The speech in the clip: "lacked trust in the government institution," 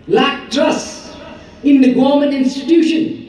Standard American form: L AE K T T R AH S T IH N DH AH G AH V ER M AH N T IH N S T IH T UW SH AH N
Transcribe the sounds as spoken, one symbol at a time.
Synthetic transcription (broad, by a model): L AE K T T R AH S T IH N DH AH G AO M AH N IH N S T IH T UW SH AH N